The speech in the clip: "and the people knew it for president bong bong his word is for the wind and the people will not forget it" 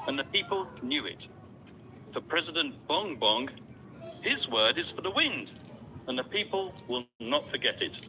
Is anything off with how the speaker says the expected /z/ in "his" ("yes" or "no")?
no